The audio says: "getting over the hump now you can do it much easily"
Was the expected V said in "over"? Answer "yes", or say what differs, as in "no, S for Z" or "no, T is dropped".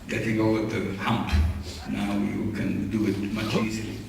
no, V is dropped